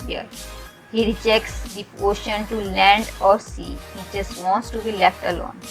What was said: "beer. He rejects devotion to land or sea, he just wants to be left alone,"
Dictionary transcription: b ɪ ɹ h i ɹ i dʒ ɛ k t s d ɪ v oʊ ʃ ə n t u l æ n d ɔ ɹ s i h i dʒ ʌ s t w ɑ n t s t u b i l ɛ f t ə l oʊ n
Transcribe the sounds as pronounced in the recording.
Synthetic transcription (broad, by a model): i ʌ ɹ h i ɹ i dʒ ɛ k t s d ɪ oʊ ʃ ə n t u l æ n d ɔ ɹ s i h i dʒ ʌ s t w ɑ n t s t u b i l ɛ f t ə l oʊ n